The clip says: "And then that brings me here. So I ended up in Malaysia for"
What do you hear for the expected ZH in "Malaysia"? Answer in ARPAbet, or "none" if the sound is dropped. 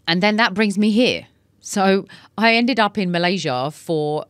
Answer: ZH